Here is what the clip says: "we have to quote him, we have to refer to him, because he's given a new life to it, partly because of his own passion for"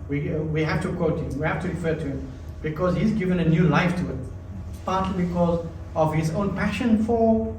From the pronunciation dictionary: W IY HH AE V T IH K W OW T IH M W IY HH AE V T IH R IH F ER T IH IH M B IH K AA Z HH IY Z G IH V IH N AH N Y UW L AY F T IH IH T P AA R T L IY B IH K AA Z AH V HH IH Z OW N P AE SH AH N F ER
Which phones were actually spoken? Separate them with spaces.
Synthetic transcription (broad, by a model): W IY HH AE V T IH K W OW T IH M W IY HH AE F T IH R IH F ER T IH IH M B IH K AA Z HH IY Z G IH V IH N AH N Y UW L AY F T IH IH T P AA R T L IY B IH K AA Z AH V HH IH Z OW N P AE SH AH N F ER